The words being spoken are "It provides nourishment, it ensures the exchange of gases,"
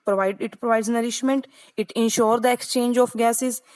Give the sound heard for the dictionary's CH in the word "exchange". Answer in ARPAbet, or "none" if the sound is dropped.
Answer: CH